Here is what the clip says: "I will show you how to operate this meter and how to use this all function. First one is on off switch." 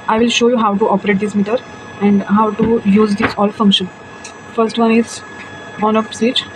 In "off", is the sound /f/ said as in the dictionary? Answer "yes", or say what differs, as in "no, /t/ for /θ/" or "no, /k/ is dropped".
no, /p/ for /f/